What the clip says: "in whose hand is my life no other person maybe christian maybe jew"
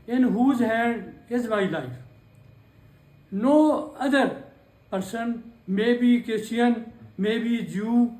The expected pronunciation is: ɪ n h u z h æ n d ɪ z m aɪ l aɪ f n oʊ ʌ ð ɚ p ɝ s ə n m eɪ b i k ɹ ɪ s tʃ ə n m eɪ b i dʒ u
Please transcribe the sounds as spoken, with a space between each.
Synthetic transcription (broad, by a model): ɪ n h u z h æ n d ɪ z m aɪ l aɪ f n oʊ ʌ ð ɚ p ɝ s ə n m eɪ b i k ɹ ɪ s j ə n m eɪ b i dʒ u